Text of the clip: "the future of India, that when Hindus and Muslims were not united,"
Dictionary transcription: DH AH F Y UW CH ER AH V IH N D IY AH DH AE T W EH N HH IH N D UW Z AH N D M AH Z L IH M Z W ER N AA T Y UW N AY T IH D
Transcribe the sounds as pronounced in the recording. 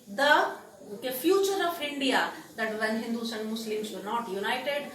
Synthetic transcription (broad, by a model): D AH F Y UW CH ER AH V IH N D IY AH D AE T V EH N HH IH N D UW S AH N D M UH S L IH M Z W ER N AA T Y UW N AY T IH D